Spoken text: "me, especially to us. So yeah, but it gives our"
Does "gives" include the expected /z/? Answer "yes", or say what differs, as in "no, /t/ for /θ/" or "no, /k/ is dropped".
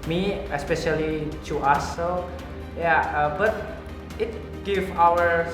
no, /z/ is dropped